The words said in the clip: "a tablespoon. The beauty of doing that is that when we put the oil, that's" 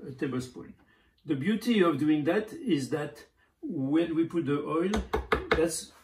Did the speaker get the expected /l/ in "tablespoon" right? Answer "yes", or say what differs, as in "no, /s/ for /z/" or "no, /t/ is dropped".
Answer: no, /l/ is dropped